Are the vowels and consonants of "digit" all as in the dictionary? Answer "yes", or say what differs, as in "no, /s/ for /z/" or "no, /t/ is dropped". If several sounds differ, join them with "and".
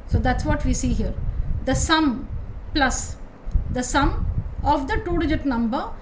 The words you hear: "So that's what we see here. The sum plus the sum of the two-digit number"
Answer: yes